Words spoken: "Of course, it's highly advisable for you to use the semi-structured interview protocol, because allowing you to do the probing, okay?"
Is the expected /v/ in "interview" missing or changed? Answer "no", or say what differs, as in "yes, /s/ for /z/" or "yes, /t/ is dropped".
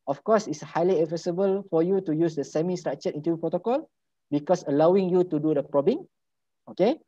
yes, /v/ is dropped